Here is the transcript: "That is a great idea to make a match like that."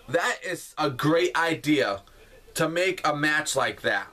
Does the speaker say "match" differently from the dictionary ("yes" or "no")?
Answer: no